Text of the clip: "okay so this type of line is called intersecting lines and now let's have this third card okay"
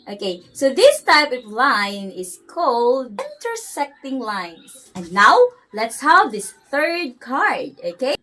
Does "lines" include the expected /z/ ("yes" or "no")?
no